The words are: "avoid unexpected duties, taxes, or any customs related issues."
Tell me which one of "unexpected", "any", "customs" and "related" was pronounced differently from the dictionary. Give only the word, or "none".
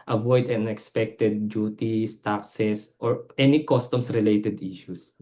customs